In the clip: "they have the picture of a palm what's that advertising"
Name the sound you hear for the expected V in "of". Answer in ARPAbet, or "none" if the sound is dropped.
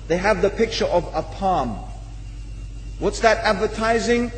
V